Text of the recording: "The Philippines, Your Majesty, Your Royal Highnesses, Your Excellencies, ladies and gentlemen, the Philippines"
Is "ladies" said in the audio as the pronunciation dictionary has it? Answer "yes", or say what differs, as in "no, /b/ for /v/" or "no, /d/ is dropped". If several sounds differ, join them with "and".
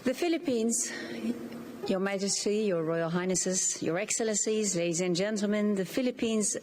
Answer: yes